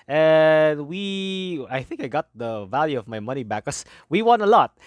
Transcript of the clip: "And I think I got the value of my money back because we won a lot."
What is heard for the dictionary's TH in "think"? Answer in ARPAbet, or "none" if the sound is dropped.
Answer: TH